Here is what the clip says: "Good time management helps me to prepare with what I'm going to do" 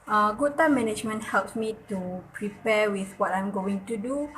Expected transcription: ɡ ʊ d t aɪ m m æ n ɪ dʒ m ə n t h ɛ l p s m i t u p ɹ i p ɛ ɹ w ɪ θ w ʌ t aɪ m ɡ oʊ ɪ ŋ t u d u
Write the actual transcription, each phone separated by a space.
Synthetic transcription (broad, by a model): ɡ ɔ t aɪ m m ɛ n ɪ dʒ m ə n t h ɛ l p s m i t u p ɹ i p ɛ w ɪ θ w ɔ t aɪ m ɡ oʊ ɪ ŋ t u d u